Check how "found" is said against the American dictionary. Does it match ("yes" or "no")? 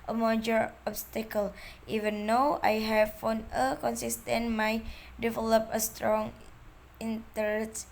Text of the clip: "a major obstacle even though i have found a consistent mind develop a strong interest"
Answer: no